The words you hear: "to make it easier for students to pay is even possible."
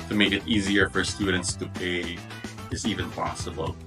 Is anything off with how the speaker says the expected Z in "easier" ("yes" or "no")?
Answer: no